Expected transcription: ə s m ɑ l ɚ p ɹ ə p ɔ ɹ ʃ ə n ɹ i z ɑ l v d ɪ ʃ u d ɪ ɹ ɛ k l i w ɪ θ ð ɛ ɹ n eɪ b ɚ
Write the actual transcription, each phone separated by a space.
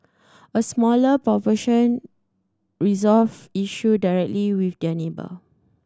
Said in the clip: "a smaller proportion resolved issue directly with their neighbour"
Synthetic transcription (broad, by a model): ə s m ɑ l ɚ p ɹ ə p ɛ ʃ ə n ɹ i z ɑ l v i ʃ u d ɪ ɹ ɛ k l i w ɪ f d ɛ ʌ n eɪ b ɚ